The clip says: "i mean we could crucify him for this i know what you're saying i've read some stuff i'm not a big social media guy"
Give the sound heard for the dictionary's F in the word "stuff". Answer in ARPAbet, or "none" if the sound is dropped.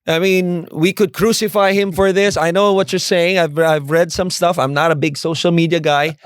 F